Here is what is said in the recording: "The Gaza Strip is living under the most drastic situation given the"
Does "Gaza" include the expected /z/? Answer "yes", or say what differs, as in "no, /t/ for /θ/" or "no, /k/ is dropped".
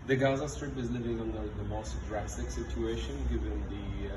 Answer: yes